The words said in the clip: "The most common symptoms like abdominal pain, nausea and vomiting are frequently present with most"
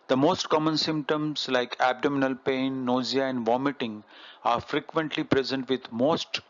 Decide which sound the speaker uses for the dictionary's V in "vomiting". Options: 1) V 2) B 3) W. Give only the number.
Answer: 1